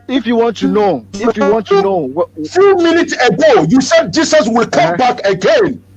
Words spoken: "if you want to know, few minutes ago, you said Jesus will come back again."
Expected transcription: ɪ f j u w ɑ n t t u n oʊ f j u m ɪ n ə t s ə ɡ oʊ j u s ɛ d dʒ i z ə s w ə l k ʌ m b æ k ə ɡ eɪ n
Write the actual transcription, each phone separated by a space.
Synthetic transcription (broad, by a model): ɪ f j u w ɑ n t t u n oʊ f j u m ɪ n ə t s ə ɡ oʊ j u s ɛ d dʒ i s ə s w ə l k ʌ m b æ k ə ɡ eɪ n